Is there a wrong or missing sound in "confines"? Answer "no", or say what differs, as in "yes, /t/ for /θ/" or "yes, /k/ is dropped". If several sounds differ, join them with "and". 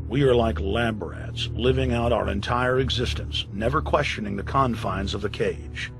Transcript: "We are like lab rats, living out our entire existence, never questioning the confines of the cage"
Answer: no